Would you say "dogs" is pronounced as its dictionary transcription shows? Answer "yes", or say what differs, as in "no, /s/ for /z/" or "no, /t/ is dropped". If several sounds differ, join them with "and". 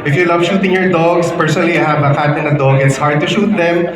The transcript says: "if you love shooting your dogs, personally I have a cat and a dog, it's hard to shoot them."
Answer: no, /s/ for /z/